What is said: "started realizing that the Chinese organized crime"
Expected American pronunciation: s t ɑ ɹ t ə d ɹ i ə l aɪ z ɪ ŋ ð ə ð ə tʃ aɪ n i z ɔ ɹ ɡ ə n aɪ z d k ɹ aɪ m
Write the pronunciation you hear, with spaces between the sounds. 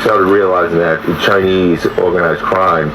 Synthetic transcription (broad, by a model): s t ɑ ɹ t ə d ɹ i ə l aɪ z ɪ ŋ ð ə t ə tʃ aɪ n i z ɔ ɹ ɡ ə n aɪ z k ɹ aɪ m